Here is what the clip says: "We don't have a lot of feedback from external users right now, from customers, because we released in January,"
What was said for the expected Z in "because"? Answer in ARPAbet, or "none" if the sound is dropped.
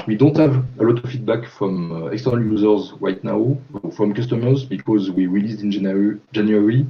Z